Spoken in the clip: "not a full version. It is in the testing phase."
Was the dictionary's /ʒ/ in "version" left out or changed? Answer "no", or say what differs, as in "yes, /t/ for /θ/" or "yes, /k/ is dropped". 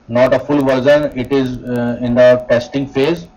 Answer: yes, /z/ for /ʒ/